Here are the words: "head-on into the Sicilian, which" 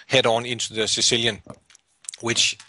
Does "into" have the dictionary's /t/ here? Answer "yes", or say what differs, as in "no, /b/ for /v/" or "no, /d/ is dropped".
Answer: no, /s/ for /t/